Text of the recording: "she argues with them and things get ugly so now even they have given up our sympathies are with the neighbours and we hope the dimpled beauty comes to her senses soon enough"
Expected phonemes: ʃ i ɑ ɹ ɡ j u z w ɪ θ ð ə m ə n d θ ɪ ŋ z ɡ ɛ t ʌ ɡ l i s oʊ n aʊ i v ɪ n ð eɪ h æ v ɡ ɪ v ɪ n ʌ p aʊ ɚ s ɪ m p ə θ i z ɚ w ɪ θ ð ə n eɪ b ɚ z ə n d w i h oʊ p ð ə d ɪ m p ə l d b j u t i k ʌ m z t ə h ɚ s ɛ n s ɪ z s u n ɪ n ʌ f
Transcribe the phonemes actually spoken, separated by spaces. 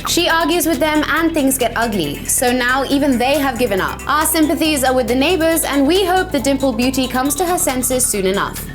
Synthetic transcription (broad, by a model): ʃ i ɑ ɹ ɡ j u z w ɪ ð ə m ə n θ ɪ ŋ z ɡ ɛ t ʌ ɡ l i s oʊ n aʊ i v ɪ n ð eɪ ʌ v ɡ ɪ v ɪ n ʌ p aʊ ɚ s ɪ m p ə θ i z ɚ w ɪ ð ə n eɪ b ɚ z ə n w i h oʊ p ð ə d ɪ m p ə l b j u t i k ʌ m z t ə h ɚ s ɛ n s ɪ z s u n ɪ n ʌ f